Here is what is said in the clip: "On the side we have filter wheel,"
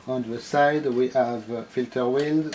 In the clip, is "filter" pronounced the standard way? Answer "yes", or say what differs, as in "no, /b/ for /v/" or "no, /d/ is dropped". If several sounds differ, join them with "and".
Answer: yes